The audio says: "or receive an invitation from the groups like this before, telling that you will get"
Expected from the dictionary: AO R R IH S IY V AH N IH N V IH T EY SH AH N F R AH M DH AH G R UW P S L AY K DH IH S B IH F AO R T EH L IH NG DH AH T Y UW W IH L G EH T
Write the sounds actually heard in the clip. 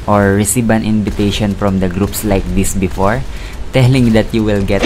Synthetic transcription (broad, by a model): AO R R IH S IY B AH N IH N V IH T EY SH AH N F R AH M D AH G R UW P S L AY K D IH S B IH F AO R T EH L IH NG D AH T Y UW W IH L G EH T